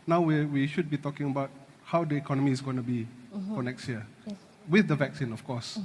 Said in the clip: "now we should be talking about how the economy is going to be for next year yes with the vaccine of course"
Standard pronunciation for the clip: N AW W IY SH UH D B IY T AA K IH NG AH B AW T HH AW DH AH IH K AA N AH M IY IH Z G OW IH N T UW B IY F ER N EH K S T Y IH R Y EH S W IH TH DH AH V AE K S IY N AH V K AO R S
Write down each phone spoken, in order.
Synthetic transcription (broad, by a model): N AW W IY SH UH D B IY T AA K IH NG AH B AW T HH AW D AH IH K AA N AH M IY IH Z G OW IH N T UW B IY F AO N EH K S T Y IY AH W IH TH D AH V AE K S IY N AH F K AO S